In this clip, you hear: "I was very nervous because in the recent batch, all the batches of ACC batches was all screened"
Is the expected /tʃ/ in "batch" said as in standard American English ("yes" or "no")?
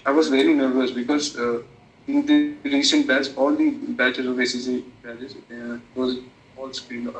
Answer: no